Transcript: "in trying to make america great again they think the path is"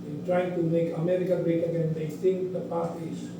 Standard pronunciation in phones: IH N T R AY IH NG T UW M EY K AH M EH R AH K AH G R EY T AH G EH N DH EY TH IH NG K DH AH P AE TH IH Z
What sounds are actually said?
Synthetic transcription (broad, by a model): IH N T R AY IH NG T UW M EY K AH M EH R AH K AH G R EY T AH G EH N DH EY T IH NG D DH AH P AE S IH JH